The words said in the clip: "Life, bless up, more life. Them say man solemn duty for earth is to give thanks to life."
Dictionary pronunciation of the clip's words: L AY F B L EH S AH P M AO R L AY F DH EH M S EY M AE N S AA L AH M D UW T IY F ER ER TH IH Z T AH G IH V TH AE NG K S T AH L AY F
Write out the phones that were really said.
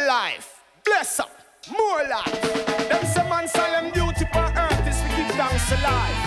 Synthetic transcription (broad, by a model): L AY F B L EH S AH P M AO L AY F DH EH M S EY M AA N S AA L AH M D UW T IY P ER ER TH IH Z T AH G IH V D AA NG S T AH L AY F